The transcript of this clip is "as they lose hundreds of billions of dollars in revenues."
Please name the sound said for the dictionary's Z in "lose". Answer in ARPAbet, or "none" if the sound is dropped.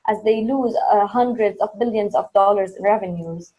Z